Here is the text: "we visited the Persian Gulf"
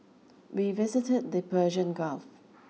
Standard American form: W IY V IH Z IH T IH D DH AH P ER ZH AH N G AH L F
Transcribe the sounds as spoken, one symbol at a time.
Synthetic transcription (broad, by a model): W IY V IH Z IH T IH D DH AH P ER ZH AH N G AH L F